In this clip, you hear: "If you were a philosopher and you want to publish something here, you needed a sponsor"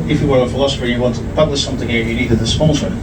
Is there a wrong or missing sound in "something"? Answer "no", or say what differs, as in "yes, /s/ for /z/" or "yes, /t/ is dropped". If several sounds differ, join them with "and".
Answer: no